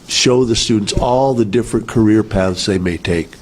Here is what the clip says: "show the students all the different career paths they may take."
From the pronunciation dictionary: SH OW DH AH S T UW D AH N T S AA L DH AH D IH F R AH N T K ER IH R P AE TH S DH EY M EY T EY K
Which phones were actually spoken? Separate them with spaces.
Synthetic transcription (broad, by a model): SH OW DH AH S T UW D N T S AA L DH AH D IH F R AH N K ER IH R P AE TH S DH EY M EY T EY K